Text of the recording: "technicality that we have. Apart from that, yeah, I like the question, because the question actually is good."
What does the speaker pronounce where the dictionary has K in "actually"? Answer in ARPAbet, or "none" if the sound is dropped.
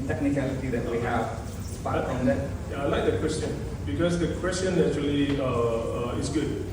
none